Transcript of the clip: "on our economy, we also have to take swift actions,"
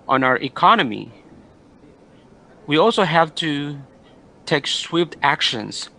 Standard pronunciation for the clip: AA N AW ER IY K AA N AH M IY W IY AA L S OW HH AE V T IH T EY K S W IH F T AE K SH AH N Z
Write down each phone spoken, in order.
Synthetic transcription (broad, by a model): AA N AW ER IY K AA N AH M IY W IY AA L S OW HH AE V T IH T EY K S W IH P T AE K SH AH N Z